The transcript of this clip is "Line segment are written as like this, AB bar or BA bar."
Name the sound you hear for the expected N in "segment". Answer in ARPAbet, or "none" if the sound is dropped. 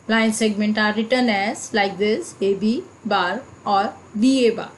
N